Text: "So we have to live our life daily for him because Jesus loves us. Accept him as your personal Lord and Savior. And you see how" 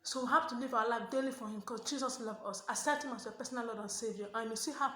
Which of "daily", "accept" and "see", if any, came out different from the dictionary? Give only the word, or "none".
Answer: accept